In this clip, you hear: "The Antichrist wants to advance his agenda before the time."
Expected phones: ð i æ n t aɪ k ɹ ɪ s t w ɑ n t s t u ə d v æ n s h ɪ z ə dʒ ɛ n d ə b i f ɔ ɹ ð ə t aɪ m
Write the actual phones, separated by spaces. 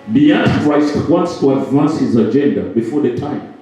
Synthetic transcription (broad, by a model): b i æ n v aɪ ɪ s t w ɑ n t s t u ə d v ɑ n s h ɪ z ə dʒ ɛ n d ə b i f ɔ ɹ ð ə t aɪ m